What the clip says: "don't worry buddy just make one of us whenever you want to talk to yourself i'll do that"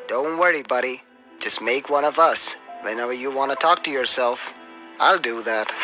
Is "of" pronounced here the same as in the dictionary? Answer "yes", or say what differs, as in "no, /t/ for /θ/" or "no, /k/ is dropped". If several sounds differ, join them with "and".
yes